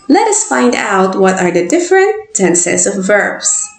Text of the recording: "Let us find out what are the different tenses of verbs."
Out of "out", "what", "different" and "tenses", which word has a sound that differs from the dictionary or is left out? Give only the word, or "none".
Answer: tenses